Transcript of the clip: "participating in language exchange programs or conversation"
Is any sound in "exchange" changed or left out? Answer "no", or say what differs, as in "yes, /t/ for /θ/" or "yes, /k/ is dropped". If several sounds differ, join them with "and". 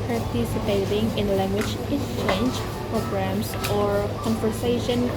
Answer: yes, /k/ is dropped